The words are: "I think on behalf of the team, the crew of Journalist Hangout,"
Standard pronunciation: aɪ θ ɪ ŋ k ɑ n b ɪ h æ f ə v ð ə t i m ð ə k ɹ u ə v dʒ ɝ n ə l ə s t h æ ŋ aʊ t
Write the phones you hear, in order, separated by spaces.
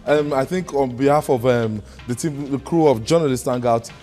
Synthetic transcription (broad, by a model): aɪ θ ɪ ŋ k ɑ n b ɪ h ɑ f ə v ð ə t i m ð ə k ɹ u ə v dʒ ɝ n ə l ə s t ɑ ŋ aʊ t